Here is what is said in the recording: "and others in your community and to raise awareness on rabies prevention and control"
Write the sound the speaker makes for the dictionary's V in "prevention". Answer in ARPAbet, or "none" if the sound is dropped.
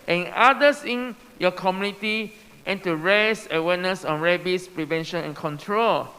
V